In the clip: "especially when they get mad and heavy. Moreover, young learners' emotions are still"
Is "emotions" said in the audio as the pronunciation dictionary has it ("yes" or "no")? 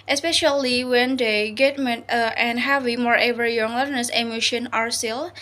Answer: no